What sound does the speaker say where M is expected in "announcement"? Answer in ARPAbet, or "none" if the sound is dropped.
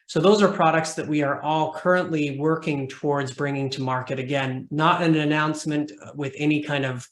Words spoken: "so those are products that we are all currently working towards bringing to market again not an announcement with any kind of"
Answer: M